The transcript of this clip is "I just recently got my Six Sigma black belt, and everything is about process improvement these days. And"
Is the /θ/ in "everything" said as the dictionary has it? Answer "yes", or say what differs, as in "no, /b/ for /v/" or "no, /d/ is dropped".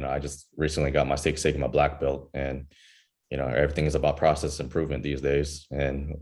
yes